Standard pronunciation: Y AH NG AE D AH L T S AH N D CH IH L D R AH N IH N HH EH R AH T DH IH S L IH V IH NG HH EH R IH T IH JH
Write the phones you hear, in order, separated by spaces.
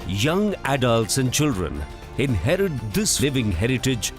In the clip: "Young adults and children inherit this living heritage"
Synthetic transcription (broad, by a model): Y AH NG AE D AH L T S AH N D CH IH L D R AH N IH N HH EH R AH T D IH S L IH V IH NG HH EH R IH T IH JH